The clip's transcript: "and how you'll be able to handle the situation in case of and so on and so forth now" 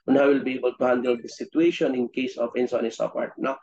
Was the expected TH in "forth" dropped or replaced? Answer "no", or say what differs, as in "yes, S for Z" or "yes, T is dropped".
yes, T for TH